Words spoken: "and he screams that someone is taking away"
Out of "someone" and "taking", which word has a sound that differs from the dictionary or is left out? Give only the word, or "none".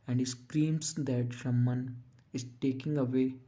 someone